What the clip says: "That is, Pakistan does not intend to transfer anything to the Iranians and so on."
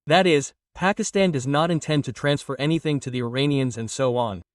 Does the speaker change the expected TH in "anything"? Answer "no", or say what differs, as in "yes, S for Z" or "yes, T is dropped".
no